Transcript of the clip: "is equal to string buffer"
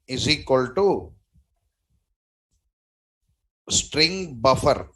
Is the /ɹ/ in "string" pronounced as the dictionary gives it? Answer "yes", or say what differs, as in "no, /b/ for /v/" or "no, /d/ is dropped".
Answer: yes